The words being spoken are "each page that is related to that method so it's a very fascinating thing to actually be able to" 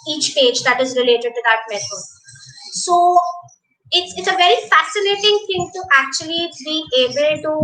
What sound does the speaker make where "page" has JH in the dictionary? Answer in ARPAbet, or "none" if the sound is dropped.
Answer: JH